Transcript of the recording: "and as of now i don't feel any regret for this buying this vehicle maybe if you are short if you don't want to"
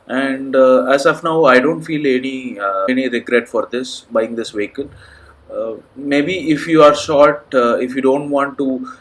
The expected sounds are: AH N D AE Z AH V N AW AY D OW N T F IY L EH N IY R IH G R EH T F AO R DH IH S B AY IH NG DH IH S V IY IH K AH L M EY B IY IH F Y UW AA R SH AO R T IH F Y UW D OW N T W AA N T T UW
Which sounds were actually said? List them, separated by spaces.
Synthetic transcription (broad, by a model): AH N D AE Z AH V N AW AY D OW N T F IY L EH N IY R IH G R EH T F AO R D IH S B AY IH NG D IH S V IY K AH N M EY B IY IH F Y UW AA R SH AO R T IH F Y UW D OW N T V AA N T T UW